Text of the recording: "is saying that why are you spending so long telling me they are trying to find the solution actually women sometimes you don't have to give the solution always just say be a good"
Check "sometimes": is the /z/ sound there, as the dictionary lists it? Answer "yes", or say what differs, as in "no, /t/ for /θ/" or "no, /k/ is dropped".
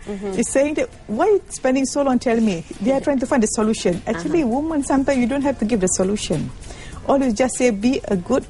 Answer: no, /z/ is dropped